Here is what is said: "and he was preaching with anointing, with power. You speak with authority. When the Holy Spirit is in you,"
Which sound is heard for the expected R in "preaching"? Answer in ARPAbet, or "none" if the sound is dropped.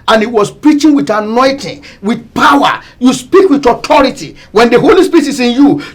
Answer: R